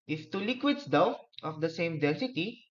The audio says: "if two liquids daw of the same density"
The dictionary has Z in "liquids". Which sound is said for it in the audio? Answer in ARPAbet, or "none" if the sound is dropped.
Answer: S